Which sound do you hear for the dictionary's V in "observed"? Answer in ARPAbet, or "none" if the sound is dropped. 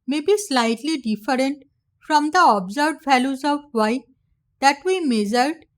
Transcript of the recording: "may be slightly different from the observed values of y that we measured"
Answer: none